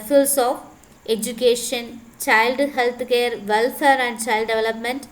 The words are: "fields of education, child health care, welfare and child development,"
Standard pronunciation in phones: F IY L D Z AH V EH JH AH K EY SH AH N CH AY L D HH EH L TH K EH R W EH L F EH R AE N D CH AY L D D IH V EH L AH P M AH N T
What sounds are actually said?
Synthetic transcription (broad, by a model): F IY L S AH F EH JH AH K EY SH AH N CH AY L D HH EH L T K EH R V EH L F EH R AE N D CH AY L D D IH V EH L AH P M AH N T